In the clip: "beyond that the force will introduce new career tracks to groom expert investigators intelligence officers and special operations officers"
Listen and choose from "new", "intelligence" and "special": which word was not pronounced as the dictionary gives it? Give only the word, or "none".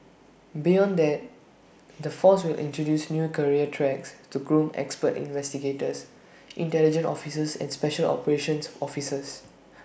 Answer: intelligence